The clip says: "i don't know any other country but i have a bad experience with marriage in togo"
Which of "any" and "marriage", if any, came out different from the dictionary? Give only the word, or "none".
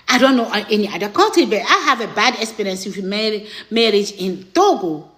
none